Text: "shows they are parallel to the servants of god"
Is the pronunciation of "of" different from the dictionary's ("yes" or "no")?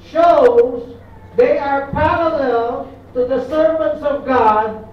no